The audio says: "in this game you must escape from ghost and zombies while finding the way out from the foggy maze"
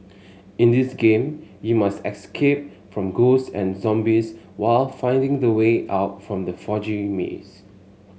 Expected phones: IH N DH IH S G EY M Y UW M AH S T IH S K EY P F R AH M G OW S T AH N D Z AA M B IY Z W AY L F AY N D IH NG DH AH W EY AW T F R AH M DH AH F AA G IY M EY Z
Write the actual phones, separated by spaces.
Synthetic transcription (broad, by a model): IH N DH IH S G EY M Y UW M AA S T IH S K EY P F R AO M G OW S AH N Z AA M B IY S W AY L F AY N D IH NG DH AH W EY AW T F R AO M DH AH F AA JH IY M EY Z